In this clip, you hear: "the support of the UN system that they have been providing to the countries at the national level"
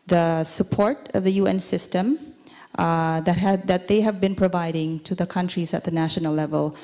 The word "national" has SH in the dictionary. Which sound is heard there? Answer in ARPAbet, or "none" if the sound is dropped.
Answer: SH